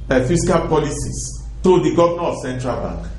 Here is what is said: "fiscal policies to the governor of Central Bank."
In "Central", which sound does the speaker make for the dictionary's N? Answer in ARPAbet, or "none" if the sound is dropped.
N